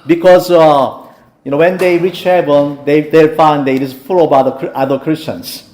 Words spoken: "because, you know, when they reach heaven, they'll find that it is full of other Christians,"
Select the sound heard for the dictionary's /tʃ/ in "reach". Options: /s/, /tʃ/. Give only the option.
/tʃ/